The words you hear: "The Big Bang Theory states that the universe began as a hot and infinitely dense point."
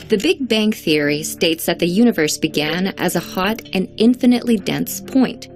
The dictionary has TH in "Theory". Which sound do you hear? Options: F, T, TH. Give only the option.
TH